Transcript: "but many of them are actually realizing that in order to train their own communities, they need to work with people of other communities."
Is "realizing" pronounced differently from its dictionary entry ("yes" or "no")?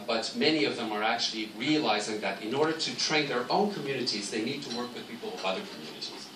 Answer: no